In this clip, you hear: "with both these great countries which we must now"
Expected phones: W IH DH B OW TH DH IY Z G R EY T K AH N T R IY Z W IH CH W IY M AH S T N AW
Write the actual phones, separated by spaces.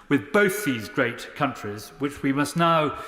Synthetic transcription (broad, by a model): W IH DH B OW TH DH IY Z G R EY T K AH N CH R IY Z W IH CH W IY M AH S T N AW